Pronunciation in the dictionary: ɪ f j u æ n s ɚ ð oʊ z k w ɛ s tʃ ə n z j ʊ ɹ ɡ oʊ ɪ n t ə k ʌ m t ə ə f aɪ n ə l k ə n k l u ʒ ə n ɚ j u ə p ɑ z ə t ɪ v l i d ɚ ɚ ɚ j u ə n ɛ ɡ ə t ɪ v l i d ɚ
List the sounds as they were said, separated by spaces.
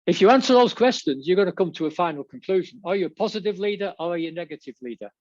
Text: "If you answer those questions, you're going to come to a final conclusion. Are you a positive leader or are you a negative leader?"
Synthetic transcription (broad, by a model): ɪ f j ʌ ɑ n s ɚ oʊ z k w ɛ s tʃ ə n z j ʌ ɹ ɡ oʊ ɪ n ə k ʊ m t ə ə f aɪ n ə l k ə n k l u ʒ ə n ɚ j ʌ ə p ɑ z ə t ɪ v l i d ɚ ɚ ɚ j ə n ɛ ɡ ə t ɪ v l i d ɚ